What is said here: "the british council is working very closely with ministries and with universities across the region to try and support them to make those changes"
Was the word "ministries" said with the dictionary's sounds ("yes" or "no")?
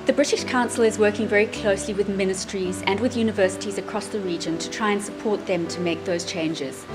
yes